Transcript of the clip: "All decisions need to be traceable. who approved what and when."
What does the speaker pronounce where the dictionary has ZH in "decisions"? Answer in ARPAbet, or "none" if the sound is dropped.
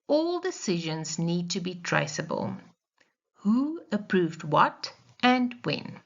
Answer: ZH